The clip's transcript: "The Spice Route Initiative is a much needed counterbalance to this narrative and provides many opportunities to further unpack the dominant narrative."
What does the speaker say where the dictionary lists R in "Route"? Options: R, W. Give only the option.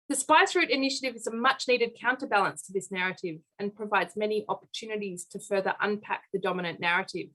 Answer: R